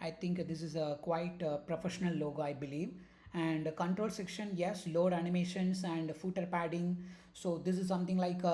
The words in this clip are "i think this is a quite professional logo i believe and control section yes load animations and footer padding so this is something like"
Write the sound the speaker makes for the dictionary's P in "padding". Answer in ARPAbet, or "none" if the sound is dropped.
P